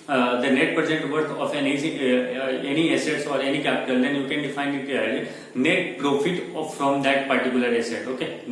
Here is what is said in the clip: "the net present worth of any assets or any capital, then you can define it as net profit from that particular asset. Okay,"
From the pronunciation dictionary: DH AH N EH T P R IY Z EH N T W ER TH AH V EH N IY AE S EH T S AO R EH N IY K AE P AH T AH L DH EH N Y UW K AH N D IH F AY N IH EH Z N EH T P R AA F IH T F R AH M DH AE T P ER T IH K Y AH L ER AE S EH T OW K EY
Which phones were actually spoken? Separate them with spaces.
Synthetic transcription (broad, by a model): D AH N EH T P R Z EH N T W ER F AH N EH N IY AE S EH T S AO R EH N IY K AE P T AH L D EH N Y UW K AH N D IH F AY N IH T N EH T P R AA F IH T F R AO M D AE T P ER T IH K Y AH L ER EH S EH T OW K EY